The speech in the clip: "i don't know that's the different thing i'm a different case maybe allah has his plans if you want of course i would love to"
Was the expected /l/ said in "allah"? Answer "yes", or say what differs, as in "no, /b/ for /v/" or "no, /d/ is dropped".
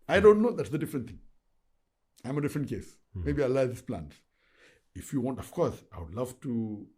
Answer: no, /l/ is dropped